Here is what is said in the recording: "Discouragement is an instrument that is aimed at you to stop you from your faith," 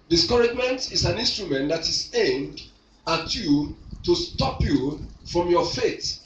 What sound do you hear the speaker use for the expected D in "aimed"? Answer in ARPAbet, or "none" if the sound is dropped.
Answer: D